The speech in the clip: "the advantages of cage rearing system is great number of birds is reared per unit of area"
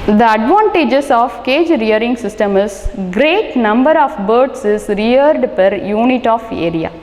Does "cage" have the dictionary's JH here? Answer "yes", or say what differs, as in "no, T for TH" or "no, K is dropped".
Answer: yes